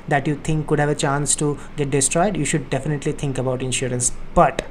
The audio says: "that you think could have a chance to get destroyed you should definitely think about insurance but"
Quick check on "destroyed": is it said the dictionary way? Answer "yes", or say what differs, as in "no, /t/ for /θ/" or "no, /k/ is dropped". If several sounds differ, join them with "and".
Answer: yes